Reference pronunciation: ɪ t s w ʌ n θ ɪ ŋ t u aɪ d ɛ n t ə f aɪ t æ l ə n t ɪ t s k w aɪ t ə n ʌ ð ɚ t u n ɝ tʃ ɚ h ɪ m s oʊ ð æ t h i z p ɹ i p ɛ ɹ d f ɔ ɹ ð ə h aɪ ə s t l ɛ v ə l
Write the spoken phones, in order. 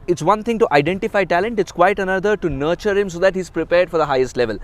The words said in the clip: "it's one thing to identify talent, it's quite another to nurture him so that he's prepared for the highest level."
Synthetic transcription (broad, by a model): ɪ t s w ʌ n t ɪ ŋ t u aɪ d ɛ n t ə f aɪ t æ l ə n t ɪ t s k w aɪ t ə n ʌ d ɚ t u n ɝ tʃ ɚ h ɪ m s oʊ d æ t h i z p ɹ i p ɛ ɹ d f ɔ ɹ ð ə h aɪ ə s t l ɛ v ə l